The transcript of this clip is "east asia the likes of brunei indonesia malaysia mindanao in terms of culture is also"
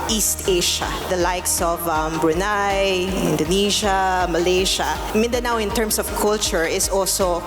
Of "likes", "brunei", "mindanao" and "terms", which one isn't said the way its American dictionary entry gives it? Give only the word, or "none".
terms